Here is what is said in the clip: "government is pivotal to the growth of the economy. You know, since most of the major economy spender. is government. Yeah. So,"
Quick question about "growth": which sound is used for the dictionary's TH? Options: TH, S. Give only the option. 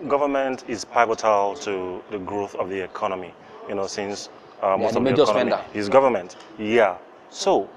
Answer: TH